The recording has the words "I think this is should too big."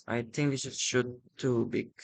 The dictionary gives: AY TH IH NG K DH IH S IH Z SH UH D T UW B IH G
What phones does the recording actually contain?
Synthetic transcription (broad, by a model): AY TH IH NG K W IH SH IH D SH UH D T UW B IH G